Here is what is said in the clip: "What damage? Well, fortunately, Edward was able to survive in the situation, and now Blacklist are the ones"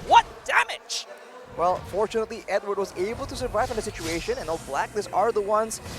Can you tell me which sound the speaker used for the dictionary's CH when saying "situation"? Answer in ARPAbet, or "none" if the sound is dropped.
CH